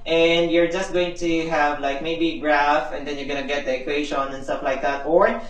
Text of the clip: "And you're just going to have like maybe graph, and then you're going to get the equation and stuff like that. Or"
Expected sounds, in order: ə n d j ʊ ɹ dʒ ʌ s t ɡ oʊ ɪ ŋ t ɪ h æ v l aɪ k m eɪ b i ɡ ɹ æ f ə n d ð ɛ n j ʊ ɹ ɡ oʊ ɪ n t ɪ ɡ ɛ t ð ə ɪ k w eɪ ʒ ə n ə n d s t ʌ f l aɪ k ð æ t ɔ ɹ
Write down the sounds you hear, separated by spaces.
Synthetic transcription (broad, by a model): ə n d j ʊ ɹ dʒ ʌ s t ɡ oʊ ɪ ŋ t ɪ h æ v l aɪ k m eɪ b i ɡ ɹ æ f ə n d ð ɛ n j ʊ ɹ ɡ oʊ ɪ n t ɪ ɡ ɛ t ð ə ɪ k w eɪ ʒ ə n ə n s t ʌ f l aɪ k ð æ t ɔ ɹ